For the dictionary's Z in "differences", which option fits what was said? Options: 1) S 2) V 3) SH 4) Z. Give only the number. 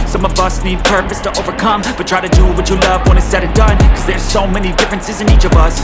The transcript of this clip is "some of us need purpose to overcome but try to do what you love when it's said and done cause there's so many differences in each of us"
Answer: 4